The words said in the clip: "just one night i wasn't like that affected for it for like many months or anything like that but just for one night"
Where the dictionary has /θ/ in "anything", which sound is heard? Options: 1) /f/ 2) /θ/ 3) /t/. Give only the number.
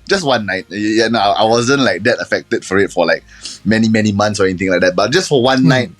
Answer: 3